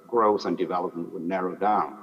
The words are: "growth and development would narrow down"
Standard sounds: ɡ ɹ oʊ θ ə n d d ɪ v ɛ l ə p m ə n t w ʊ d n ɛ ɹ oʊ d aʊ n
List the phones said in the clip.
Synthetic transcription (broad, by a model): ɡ ɹ oʊ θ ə n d d ɪ v ɛ l ə p m ə n t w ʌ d n ɛ ɹ oʊ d aʊ n